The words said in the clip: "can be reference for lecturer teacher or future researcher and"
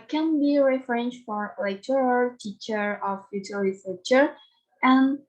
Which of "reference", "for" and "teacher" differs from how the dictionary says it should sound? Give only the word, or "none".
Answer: reference